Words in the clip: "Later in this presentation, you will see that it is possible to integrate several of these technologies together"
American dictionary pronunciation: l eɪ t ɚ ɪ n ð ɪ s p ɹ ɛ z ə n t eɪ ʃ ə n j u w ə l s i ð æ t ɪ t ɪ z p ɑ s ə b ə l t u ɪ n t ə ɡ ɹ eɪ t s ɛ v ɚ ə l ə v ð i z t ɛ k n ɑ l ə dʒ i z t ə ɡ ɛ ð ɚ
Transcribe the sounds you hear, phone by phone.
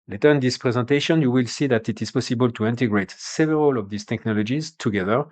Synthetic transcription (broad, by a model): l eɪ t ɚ ɪ n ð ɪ s p ɹ ɛ z ə n t eɪ ʃ ə n j u w ə l s i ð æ t ɪ t ɪ z p ɑ s ə b ə l t u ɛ n t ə ɡ ɹ eɪ t s ɛ v ɚ ə l ə v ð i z t ɛ k n ɑ l ə dʒ i z t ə ɡ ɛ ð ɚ